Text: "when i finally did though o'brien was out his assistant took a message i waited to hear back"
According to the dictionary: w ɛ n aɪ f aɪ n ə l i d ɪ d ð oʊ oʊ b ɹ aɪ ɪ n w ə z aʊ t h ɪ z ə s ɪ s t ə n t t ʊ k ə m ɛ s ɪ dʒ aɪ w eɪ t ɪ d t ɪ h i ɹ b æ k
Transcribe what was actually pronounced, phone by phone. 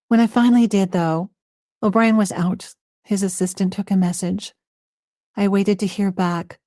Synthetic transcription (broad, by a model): w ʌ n aɪ f aɪ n l i d ɪ d ð oʊ oʊ b ɹ aɪ ɪ n w ə z aʊ t h ɪ z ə s ɪ s t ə n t t ʊ k ə m ɛ s ɪ dʒ aɪ w eɪ t ɪ d t ɪ h i ɹ b æ k